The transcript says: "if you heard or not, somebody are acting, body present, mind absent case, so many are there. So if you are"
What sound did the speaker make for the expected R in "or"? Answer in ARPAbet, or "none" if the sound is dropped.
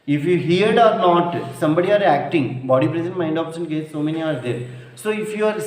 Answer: R